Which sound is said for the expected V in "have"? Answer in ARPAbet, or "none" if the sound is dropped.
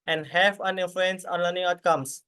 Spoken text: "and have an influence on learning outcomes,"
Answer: F